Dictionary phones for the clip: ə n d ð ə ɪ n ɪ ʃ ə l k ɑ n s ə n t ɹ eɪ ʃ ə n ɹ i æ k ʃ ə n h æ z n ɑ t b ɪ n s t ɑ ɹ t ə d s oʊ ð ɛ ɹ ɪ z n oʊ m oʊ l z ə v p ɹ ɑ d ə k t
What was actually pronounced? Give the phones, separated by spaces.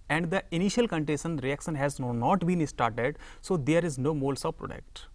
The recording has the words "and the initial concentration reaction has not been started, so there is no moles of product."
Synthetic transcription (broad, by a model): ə n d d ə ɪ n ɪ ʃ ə l k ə n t eɪ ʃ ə n ɹ i æ k ʃ ə n h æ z n ɑ t b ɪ n s t ɑ ɹ t ə d s oʊ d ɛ ɹ ɪ z n oʊ m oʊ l s ə v p ɹ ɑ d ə k t